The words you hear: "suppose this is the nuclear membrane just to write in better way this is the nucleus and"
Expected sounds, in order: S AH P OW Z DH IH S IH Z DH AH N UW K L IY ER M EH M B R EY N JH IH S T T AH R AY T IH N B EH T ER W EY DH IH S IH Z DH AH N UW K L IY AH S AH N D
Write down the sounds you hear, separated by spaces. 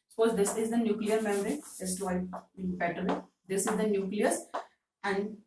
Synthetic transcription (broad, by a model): S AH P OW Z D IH S IH Z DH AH N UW K L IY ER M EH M R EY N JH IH S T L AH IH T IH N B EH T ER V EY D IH S IH Z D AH N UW K L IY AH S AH N D